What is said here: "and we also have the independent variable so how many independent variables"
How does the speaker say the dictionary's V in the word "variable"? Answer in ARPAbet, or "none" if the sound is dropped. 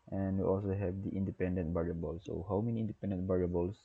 B